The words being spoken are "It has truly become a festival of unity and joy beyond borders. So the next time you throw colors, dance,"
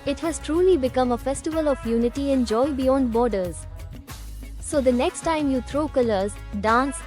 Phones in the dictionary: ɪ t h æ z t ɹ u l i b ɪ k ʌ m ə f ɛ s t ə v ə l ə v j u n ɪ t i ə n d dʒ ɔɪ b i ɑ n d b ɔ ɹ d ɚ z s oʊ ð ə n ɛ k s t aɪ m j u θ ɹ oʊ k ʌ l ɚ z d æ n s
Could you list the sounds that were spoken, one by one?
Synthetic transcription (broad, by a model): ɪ t h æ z t ɹ u l i b ɪ k ʌ m ə f ɛ s t ə v ə l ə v j u n ɪ t i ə n dʒ ɔɪ b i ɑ n d b ɔ ɹ d ɚ z s oʊ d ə n ɛ k s t aɪ m j u t ɹ oʊ k ʌ l ɚ z d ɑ n s